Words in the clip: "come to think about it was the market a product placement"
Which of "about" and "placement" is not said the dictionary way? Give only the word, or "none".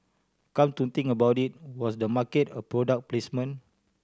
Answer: placement